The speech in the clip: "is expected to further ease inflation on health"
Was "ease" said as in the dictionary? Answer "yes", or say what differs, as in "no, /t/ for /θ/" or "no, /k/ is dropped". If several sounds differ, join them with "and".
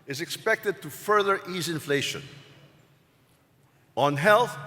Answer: yes